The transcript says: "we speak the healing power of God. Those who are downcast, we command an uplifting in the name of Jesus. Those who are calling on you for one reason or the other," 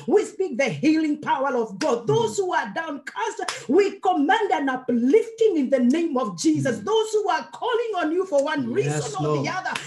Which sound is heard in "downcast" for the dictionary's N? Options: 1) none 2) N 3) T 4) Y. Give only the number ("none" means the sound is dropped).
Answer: 2